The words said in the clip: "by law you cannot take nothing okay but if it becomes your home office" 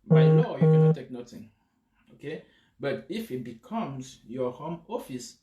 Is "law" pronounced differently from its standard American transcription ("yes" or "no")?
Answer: yes